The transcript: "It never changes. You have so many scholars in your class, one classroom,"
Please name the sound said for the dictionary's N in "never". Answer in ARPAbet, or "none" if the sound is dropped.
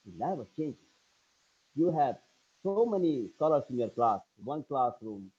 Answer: L